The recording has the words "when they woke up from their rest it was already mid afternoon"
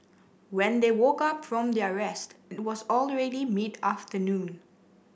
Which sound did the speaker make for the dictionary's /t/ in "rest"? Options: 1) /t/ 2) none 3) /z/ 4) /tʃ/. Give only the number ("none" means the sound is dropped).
1